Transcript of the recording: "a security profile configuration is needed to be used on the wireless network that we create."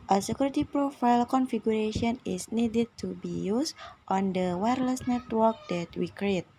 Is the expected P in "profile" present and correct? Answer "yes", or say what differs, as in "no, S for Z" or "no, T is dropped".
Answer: yes